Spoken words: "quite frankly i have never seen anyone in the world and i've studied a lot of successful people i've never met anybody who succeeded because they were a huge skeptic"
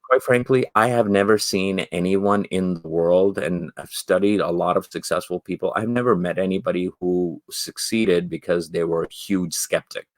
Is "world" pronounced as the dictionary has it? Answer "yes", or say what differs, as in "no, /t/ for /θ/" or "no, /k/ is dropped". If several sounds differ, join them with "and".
yes